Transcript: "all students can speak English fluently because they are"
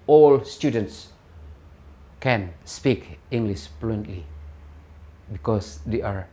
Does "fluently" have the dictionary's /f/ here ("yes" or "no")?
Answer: no